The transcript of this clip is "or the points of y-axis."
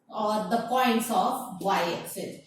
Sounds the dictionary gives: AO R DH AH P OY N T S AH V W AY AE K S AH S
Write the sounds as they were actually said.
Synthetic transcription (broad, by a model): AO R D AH P OY N T S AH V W AY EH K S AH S